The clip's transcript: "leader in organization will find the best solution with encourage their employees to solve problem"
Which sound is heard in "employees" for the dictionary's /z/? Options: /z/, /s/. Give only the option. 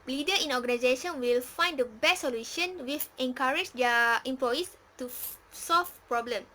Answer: /s/